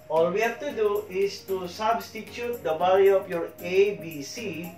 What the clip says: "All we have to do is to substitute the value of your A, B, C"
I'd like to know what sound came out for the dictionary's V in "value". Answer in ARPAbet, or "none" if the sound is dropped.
B